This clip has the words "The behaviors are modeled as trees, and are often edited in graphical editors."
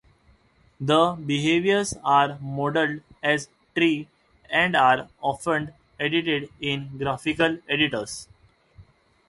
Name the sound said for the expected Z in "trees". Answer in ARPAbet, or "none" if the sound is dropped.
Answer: none